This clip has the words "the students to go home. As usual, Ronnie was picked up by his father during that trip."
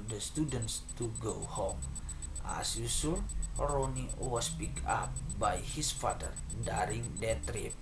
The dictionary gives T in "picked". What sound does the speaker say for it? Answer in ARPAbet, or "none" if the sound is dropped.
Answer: none